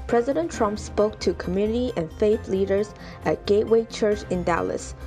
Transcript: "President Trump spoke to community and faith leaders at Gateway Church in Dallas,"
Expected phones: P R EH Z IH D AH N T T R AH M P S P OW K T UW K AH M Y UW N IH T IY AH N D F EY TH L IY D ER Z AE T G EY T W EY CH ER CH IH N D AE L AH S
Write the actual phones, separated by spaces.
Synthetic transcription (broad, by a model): P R EH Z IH D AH N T T R AH M P S P OW K T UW K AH M Y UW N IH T IY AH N F EY TH L IY D ER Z AE T G EY T W EY CH ER CH IH N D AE L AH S